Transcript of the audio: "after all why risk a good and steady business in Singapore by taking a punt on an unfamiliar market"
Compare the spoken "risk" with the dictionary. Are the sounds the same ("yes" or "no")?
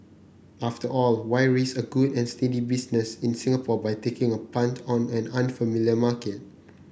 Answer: no